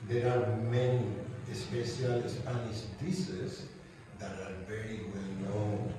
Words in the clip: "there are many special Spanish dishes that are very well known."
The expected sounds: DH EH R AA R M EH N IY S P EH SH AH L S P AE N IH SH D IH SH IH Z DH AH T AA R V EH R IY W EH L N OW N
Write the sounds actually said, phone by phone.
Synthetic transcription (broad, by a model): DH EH R AA R M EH N IY S P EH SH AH L S P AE N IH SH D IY S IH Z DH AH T AA R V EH R IY W EH L N OW N